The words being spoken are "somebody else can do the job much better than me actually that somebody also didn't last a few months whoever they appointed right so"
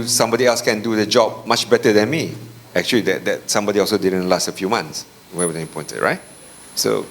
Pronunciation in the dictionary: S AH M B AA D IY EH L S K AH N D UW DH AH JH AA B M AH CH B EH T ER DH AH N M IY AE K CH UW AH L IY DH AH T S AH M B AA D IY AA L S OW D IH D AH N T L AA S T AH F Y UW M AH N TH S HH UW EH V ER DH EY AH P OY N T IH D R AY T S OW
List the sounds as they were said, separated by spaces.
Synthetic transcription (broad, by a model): S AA M B AA D IY EH L S K AH N D UW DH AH JH AA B M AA CH B EH T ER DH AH N M IY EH K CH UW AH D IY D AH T S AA M B AA D IY AA L S OW D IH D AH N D L AA S T AH F Y UW M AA N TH S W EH W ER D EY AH P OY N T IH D R AY T S OW